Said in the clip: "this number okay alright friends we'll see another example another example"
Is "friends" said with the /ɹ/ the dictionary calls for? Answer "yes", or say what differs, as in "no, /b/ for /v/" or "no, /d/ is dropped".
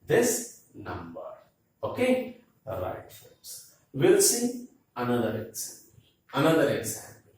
no, /ɹ/ is dropped